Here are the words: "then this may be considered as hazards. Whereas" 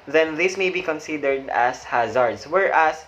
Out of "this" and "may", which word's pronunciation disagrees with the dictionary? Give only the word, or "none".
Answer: none